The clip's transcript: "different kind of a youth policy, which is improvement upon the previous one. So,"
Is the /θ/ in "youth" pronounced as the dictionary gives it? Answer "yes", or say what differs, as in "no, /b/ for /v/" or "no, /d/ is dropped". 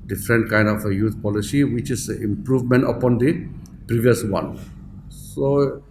no, /t/ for /θ/